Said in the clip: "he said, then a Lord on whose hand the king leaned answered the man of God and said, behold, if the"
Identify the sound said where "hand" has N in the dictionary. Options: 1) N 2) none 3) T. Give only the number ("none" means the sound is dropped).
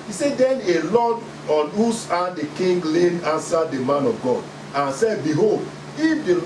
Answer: 2